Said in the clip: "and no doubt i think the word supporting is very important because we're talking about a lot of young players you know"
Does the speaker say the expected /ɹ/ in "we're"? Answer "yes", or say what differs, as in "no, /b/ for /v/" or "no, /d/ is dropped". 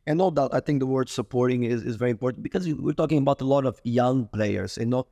yes